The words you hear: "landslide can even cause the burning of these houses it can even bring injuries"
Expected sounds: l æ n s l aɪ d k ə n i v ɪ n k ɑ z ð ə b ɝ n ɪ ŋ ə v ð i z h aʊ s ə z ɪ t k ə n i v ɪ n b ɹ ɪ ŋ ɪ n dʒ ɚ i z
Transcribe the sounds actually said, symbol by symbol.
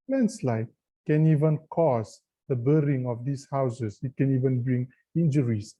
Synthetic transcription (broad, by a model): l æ n s l aɪ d k ə n i v ɪ n k ɑ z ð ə b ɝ ɪ ŋ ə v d i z h aʊ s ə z ɪ t k ə n i v ɪ n b ɹ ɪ ŋ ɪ n dʒ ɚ i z